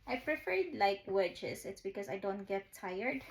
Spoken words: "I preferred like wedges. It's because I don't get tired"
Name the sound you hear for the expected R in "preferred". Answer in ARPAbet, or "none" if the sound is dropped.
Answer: R